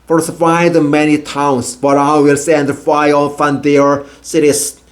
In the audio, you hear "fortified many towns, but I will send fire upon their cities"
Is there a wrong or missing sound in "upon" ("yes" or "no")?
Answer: yes